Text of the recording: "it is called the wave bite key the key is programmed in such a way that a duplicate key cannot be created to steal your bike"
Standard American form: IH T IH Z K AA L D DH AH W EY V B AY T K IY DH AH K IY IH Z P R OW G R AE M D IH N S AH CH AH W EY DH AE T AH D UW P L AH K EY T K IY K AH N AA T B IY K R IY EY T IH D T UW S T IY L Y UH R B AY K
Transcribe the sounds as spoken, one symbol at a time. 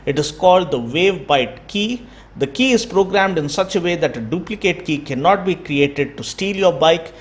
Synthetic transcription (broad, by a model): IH T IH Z K AA L D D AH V EY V B AY T K IY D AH K IY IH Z P R OW G R AE M D IH N S AH CH AH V EY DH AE T AH D UW P L AH K EY T K IY K AH N AA T B IY K R IY EY T IH D T UW S T IY L Y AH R B AY K